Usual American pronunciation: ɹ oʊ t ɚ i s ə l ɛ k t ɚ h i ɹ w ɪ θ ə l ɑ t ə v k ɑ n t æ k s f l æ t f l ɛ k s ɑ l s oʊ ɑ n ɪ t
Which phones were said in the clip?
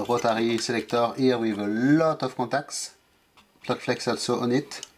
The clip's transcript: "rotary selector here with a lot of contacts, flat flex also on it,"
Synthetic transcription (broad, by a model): ɹ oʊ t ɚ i s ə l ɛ k t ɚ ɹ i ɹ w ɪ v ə l ɑ t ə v k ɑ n t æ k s p l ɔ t f l ɛ k s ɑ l s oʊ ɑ n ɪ t